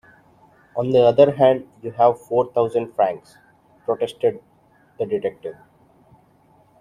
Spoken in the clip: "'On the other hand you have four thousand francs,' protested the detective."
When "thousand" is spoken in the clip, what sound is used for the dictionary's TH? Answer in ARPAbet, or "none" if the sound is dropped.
T